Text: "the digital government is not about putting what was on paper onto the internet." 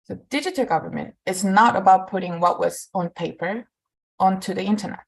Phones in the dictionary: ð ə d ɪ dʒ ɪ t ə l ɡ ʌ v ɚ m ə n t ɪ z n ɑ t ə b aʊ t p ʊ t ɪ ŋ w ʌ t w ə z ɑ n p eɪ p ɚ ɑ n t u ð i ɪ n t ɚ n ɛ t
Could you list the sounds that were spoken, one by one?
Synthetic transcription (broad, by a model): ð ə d ɪ dʒ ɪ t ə l ɡ ʌ v ɚ m ə n t ɪ z n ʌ t ə b aʊ t p ʊ t ɪ ŋ w ʌ t w ə z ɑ n p eɪ p ɚ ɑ n t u ð i ɪ n t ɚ n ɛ t